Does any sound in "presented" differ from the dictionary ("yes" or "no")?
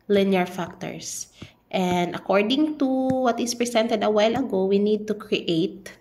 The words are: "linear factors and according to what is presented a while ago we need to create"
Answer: yes